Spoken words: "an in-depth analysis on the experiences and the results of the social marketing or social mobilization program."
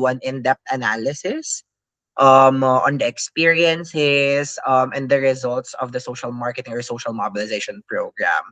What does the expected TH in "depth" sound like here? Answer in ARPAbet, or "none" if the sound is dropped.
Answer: T